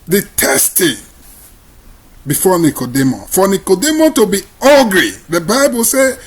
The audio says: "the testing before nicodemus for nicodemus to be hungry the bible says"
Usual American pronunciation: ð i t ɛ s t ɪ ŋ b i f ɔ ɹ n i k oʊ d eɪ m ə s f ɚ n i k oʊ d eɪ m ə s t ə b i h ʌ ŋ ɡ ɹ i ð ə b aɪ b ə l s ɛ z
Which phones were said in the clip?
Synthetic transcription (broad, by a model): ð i t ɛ s t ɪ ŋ b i f ɔ n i k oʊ d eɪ m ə f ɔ n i k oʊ d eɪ m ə t ə b i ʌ ɡ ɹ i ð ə b aɪ b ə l s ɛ